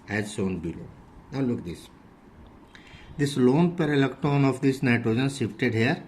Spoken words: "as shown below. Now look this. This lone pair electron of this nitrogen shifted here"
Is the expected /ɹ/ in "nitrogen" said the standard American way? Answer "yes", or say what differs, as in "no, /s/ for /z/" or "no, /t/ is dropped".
yes